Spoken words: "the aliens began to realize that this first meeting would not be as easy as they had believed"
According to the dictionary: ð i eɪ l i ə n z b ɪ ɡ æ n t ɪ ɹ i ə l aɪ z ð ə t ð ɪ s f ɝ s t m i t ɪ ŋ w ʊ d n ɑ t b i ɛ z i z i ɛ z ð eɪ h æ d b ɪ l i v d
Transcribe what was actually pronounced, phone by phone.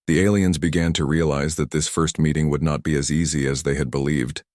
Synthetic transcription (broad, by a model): ð i eɪ l i ə n z b ɪ ɡ æ n t ɪ ɹ i ə l aɪ z ð ə t ð ɪ s f ɝ s t m i t ɪ ŋ w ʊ d n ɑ t b i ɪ z i z i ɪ z ð eɪ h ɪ d b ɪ l i v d